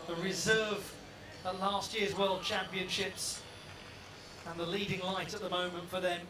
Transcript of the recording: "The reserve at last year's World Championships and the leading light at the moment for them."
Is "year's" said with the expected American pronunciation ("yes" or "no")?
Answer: yes